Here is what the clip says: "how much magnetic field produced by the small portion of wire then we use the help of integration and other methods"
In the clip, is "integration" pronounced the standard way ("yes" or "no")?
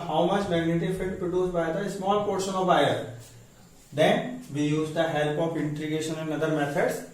no